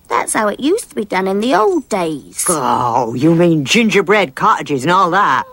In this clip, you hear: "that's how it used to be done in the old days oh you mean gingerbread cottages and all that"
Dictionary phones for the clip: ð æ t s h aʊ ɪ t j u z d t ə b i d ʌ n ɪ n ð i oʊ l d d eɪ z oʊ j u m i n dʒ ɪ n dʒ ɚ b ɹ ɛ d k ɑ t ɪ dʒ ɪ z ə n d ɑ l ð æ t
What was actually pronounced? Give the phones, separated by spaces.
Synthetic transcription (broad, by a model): ð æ t s h aʊ ɪ t j u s t ə b i d ʌ n ɪ n ð i oʊ l d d eɪ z oʊ j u m i n dʒ ɪ n dʒ ɚ b ɹ ɛ d k ɑ t ɪ dʒ ɪ z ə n ɑ l ð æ t